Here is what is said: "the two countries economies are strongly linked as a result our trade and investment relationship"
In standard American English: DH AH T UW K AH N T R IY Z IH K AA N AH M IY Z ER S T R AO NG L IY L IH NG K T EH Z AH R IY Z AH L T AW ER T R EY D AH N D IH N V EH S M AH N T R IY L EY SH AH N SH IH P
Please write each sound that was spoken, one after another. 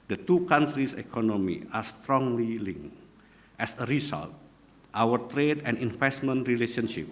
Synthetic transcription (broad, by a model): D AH T UW K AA N T R IY S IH K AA N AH M IY AA S T R AO NG L IY L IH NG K T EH S AH R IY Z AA L T AW ER T R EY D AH N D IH N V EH S M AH N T R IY L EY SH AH N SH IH P